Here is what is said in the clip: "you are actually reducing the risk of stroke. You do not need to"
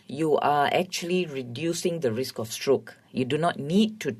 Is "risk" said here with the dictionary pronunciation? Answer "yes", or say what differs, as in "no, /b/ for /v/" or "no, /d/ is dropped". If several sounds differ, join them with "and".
yes